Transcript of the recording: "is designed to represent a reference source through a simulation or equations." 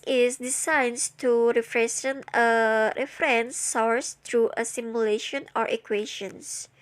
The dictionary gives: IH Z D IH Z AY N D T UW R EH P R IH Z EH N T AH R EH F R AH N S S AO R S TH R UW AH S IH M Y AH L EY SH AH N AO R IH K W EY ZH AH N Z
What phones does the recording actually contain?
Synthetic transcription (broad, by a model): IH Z D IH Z AY N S T UW R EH F R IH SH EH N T AH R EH F R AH N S S AO R S T R UW AH S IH M Y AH L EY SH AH N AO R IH K W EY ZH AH N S